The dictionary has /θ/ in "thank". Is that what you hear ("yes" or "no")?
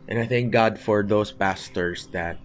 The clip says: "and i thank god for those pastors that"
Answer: yes